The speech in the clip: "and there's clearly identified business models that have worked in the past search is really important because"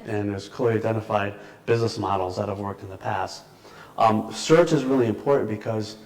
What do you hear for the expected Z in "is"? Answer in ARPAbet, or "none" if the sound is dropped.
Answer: Z